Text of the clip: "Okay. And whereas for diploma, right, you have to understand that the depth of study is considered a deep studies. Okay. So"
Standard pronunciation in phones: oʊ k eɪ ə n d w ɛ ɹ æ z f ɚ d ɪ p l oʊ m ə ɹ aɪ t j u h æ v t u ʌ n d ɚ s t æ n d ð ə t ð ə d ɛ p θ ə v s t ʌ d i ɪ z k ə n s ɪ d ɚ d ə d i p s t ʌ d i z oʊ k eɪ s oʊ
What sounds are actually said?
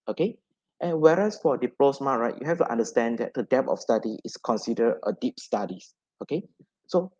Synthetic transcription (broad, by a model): oʊ k eɪ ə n w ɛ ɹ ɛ s f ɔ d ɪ p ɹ oʊ m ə ɹ aɪ t j u h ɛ f t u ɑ n d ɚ s t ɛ n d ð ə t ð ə d ɛ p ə f s t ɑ d i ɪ s k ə n s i d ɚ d ə d i p s t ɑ d i s oʊ k eɪ s oʊ